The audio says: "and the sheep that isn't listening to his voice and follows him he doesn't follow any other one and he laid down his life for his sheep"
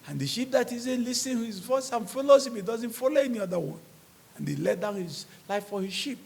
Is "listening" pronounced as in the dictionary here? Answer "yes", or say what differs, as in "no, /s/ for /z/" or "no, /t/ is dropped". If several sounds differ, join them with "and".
no, /n/ is dropped